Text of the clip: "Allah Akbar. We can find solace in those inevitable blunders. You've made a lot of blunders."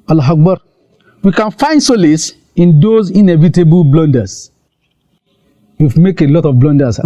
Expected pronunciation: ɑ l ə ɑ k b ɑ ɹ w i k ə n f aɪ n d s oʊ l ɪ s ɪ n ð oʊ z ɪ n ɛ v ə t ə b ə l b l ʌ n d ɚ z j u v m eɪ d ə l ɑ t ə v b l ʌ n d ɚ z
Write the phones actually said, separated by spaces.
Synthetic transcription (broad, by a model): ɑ l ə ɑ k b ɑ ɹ w i k ə n f aɪ n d s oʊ l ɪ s ɪ n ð oʊ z ɪ n ɛ v ə t ə b ə l b l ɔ n d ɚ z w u f m eɪ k ə l ɑ t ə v b l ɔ n d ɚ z